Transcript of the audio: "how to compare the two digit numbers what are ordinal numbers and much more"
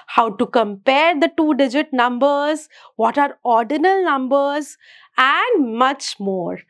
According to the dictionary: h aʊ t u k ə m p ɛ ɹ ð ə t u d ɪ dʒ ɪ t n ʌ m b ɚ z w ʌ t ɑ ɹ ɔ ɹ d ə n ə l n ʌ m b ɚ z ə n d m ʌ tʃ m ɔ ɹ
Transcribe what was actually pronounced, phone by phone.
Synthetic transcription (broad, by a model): h aʊ t u k ə m p ɛ ɹ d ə t u d ɪ dʒ ɪ t n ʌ m b ɚ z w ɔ t ɑ ɹ ɔ ɹ d ə n ə l n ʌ m b ɚ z ə n d m ʌ tʃ m ɔ ɹ